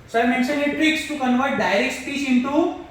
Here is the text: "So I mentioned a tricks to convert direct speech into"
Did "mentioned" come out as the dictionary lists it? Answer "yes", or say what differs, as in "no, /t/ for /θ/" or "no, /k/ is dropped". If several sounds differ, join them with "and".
no, /d/ is dropped